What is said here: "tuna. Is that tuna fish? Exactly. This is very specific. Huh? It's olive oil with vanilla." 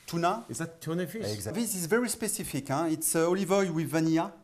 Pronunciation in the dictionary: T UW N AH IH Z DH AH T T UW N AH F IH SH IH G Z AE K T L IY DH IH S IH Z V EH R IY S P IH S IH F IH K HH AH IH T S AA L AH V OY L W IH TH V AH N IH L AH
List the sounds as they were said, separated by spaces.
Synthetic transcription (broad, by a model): T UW N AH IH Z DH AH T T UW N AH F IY IH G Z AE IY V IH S IH Z V EH R IY S P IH S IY F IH K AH IH T S AA L AH V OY W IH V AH N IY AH